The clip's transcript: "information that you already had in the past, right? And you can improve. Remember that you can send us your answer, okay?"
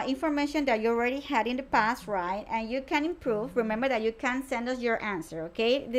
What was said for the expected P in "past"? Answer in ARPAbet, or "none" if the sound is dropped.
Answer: P